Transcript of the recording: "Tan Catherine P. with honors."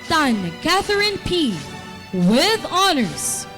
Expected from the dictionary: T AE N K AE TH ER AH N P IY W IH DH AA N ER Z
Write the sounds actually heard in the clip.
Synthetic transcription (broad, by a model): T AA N K AE TH ER AH N P IY W IH DH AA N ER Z